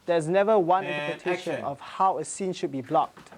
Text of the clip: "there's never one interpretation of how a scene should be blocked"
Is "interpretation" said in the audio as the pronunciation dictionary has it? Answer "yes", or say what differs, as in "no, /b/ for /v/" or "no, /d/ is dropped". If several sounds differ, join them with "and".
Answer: no, /l/ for /ɹ/